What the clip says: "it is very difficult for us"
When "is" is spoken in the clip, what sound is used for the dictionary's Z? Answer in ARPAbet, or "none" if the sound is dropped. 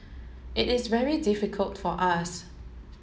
Z